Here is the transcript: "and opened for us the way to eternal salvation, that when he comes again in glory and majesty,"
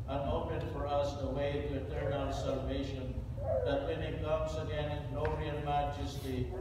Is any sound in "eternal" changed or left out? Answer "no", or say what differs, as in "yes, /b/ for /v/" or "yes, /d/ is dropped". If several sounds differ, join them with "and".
yes, /n/ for /l/